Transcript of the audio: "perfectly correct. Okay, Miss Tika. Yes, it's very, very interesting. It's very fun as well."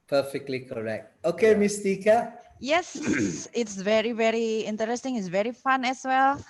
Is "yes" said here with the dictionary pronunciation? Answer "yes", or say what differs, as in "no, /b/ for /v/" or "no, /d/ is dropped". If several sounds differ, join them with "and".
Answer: yes